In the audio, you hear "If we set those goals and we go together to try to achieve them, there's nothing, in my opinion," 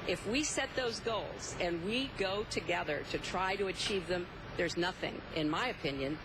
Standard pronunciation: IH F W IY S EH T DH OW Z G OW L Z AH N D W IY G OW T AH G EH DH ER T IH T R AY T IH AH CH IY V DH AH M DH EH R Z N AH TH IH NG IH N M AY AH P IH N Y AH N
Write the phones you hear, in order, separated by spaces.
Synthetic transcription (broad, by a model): IH F W IY S EH T DH OW Z G OW L Z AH N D W IY G OW T AH G EH DH ER T IH T R AY T IH AH CH IY V DH AH M DH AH R Z N AH TH IH NG IH N M AY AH P IH N Y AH N